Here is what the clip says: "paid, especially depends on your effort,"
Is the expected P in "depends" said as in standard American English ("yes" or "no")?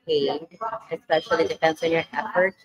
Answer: no